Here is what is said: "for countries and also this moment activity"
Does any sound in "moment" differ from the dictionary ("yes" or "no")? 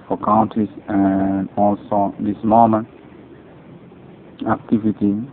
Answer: yes